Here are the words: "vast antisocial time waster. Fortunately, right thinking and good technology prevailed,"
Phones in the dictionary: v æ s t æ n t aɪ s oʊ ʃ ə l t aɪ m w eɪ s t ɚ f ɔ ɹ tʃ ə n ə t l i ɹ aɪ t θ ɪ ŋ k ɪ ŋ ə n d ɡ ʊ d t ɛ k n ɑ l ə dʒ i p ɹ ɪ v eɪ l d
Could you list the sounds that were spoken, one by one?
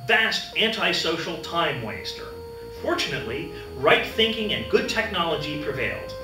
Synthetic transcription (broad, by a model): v æ s t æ n t aɪ s oʊ ʃ l t aɪ m w eɪ s t ɚ f ɔ ɹ tʃ ə n ə t l i ɹ aɪ t θ ɪ ŋ k ɪ ŋ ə n ɡ ʊ d t ɛ k n ɑ l ə dʒ i p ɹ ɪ v eɪ l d